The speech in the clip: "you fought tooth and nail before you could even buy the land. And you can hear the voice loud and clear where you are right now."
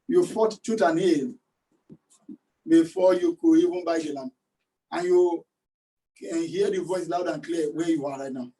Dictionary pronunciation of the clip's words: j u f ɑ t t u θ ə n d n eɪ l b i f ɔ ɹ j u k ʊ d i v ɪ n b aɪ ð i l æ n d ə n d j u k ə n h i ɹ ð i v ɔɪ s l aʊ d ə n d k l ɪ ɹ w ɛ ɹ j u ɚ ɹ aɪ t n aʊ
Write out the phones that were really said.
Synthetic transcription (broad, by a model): j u f ɑ t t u t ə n n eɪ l b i f ɔ j u k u i v ɪ n b aɪ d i l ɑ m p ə n j u k ə n h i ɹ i v ɔɪ s l aʊ d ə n k l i w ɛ j u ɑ ɹ aɪ t n aʊ